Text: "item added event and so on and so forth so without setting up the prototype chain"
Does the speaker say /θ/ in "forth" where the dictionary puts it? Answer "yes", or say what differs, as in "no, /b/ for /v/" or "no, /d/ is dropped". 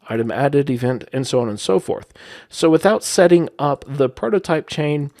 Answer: yes